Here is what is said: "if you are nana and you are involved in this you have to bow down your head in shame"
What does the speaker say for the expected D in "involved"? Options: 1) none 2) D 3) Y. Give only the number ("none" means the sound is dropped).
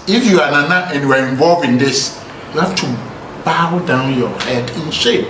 1